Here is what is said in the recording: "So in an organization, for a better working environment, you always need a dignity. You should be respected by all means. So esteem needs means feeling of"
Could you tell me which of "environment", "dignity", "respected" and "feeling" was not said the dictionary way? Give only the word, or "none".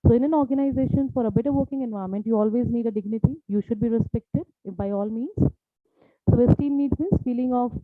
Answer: environment